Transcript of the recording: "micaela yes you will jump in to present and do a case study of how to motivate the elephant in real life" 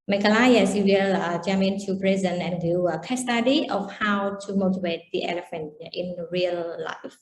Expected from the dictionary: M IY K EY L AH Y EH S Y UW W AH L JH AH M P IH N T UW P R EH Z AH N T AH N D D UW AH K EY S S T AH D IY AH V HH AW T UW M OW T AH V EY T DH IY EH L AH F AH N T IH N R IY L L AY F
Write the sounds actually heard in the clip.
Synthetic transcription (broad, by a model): M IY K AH L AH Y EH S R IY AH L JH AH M IH N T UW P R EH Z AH N AH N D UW AH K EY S S T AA D IY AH F HH AW T UW M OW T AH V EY T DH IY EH L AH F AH N T IH N R IY L L AY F